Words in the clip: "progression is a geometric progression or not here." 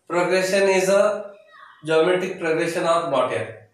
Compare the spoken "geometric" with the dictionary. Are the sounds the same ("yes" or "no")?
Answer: no